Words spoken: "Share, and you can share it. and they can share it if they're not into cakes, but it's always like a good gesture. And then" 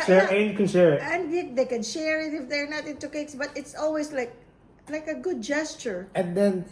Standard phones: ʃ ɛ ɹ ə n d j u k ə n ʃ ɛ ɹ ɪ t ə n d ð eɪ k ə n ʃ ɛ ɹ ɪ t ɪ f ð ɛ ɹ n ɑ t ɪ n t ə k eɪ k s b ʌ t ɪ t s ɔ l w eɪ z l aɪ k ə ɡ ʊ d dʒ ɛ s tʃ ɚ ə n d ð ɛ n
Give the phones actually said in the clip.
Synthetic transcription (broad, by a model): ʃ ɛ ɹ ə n k ə n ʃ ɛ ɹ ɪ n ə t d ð eɪ k ə n ʃ ɛ ɹ ɪ t ɪ f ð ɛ ɹ n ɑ t ɪ n t ə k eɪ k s b ʌ t ɪ t s ɔ l w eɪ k l aɪ k ə ɡ ʊ d dʒ ɛ s tʃ ɚ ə n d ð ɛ n